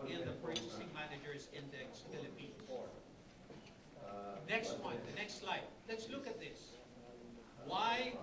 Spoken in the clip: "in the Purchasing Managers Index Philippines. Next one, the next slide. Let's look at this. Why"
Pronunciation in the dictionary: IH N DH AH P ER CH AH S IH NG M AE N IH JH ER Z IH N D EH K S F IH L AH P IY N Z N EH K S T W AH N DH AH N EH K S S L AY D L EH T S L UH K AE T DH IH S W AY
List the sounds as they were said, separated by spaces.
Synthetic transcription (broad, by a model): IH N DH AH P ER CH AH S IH NG M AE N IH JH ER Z IH N D EH K S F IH L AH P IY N N EH K S T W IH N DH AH N EH K S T L AY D L EH T S L UH K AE T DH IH S W AY